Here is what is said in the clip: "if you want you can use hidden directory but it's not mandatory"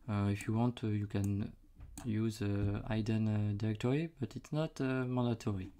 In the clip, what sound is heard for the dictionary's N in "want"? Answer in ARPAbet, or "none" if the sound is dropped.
N